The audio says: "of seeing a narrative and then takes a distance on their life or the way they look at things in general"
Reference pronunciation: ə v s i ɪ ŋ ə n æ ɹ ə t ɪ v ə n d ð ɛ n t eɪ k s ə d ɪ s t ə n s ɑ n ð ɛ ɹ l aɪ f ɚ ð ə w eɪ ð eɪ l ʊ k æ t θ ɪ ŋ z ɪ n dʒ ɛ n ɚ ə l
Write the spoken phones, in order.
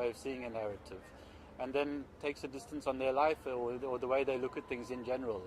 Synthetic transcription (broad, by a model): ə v s i ɪ ŋ ə n æ ɹ ə t ɪ v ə n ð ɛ n t eɪ k s ə d ɪ s t ə n s n ð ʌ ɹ l aɪ f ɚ ð ə w eɪ ð eɪ l ʊ k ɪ t θ ɪ ŋ z ɪ n dʒ ɛ n ɚ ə l